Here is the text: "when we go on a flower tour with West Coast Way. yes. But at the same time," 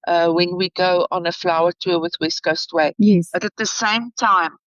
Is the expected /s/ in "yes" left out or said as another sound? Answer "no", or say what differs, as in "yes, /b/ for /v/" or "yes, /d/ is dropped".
yes, /s/ is dropped